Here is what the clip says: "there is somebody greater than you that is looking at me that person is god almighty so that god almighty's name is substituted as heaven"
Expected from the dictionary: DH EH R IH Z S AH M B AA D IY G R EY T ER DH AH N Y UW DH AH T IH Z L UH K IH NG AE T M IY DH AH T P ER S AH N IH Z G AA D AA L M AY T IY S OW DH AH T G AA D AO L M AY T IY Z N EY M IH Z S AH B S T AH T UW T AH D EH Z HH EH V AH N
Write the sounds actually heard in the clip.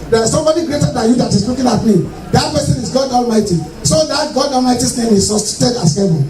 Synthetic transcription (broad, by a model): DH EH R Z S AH M B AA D IY G R EY T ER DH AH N Y UW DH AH T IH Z L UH K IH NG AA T M IY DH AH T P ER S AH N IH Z G AA D AA L M AY T IY S OW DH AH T G AA D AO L M AY T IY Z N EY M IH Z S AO S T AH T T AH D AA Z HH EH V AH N